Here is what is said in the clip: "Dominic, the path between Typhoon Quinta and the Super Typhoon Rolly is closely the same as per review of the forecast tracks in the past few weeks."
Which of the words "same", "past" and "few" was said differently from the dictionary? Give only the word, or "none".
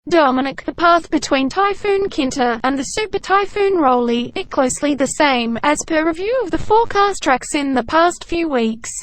none